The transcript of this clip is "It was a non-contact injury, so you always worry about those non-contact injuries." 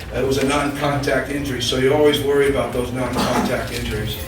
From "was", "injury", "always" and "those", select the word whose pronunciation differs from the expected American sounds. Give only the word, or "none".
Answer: none